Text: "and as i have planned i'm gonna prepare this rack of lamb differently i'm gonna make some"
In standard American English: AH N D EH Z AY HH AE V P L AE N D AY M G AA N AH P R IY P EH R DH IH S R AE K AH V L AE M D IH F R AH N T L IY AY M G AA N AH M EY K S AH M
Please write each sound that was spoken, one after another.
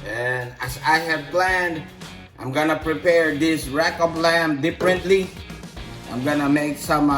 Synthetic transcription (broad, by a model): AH N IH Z AY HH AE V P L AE N D AY M G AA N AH P R IY P EH R DH IH S R AE K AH P L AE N D IH F R AH N T L IY AY M G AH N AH M EY K S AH M